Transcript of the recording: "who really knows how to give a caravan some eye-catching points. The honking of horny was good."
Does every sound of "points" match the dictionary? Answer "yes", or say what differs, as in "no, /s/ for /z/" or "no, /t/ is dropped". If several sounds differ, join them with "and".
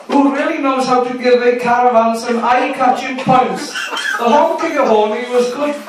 yes